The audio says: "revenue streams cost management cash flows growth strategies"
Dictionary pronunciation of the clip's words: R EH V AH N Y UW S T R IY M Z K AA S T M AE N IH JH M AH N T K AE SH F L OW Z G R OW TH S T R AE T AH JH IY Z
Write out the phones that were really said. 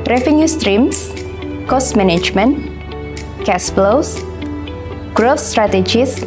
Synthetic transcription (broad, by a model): R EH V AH N Y UW S T R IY M S K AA S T M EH N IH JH M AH N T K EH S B L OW S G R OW F S T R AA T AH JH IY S